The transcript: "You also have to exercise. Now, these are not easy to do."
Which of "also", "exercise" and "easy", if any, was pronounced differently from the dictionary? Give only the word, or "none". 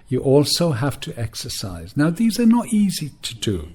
none